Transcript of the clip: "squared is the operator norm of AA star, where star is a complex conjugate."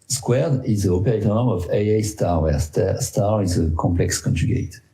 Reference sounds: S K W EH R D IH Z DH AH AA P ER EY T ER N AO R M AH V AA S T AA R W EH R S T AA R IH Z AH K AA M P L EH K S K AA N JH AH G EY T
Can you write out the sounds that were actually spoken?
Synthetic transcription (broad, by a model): S K W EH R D IH Z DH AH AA P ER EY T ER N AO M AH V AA S T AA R W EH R S T AA R IH Z AH K AA M P L EH K S K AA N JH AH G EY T